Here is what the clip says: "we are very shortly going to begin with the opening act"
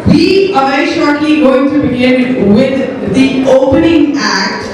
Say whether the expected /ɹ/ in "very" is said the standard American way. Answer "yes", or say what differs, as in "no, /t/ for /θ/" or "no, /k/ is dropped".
no, /ɹ/ is dropped